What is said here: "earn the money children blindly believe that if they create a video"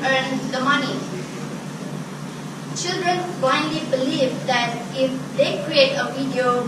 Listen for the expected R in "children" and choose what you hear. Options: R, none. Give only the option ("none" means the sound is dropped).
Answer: R